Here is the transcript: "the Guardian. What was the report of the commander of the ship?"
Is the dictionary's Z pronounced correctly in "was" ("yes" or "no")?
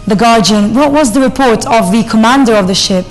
yes